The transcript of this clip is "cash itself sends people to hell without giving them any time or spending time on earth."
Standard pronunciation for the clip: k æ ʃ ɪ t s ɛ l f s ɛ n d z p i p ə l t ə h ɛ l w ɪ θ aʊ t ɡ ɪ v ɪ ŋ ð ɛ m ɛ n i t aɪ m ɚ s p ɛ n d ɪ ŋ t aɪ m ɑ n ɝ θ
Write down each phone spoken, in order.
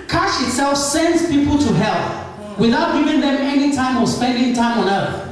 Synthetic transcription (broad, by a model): k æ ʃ ɪ t s ɛ l f s ɛ n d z p i p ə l t ə h ɛ l w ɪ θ aʊ t ɡ ɪ v ɪ ŋ ð ɛ m ɛ n i t aɪ m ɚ s p ɛ n d ɪ ŋ t aɪ m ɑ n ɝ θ